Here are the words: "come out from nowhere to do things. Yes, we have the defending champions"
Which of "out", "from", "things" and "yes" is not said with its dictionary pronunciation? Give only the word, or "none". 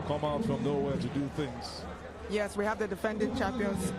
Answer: none